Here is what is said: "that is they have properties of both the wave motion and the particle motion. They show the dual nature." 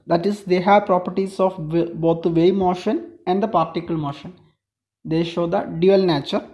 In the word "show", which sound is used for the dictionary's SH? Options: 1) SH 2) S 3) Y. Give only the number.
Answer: 1